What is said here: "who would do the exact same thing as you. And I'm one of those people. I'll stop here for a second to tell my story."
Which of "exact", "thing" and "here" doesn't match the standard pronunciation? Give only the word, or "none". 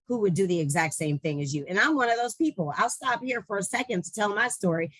none